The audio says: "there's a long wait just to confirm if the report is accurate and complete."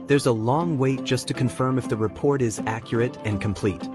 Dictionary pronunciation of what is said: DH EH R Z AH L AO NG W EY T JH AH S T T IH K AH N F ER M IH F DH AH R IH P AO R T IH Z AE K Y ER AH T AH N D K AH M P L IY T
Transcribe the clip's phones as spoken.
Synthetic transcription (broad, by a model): DH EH R Z AH L AO NG W EY T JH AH S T T IH K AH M F ER M IH F DH AH R IH P AO R T IH Z AE K Y ER AH T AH N K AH M P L IY T